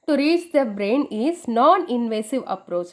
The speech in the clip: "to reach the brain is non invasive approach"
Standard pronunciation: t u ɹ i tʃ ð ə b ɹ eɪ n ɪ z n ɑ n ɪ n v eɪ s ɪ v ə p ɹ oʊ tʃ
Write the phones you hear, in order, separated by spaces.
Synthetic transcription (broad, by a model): t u ɹ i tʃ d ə b ɹ eɪ n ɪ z n ɑ n ɪ n v eɪ s ɪ v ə p ɹ oʊ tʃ